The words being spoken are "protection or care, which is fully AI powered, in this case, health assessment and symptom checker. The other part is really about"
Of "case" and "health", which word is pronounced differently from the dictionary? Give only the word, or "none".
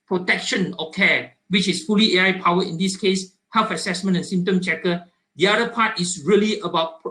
health